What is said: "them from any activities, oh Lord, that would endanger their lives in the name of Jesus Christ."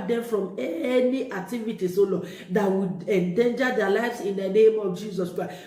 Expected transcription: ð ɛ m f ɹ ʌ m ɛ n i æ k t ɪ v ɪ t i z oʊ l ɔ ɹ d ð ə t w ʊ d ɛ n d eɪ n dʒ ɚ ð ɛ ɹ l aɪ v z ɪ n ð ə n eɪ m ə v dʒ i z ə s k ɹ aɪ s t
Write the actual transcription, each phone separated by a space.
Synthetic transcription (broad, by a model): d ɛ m f ɹ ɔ m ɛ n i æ k t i v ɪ t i s oʊ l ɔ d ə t w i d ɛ n d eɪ n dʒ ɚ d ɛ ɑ l aɪ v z ɪ n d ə n eɪ m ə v dʒ i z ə s k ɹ aɪ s